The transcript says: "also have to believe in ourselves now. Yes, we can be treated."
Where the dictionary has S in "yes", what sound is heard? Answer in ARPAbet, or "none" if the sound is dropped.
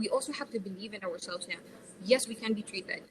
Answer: S